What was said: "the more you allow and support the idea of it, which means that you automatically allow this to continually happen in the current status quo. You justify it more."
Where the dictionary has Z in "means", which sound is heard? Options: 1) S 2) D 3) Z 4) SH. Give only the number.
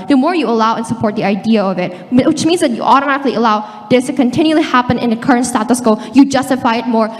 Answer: 3